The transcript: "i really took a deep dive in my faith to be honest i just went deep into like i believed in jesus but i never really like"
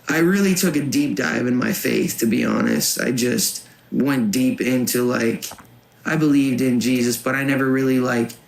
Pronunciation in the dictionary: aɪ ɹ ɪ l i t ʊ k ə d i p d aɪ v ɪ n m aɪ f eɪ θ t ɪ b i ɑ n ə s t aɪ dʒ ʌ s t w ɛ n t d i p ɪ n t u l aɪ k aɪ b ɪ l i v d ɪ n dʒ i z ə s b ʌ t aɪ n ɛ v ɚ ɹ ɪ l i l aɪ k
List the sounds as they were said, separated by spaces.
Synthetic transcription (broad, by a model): aɪ ɹ ɪ l i t ʊ k ə d i p d aɪ v ɪ n m aɪ f eɪ θ t ɪ b i ɑ n ə s t aɪ dʒ ʌ s t w ɛ n d i p ɪ n t u l aɪ k aɪ b ɪ l i v d ɪ n dʒ i z ə s b ʌ t aɪ n ɛ v ɚ ɹ ɪ l i l aɪ k